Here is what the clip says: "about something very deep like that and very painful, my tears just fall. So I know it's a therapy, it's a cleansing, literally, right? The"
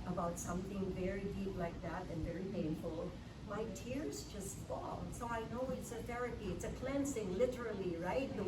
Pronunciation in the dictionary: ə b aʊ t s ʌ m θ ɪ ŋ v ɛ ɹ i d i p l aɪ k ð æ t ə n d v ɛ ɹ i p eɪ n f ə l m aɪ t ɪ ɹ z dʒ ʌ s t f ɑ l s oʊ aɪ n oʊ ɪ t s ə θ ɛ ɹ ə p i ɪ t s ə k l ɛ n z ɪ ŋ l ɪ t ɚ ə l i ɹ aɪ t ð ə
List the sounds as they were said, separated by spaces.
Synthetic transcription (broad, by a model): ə b aʊ t s ʌ m θ ɪ ŋ v ɛ ɹ i d i p l aɪ k ð æ t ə n v ɛ ɹ i p eɪ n f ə l m aɪ t ɪ ɹ z dʒ ʌ s t f ɑ l s oʊ aɪ n oʊ ɪ t s ə θ ɛ ɹ ə p i ɪ t s ə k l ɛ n s ɪ ŋ l ɪ t ɚ ə l i ɹ aɪ t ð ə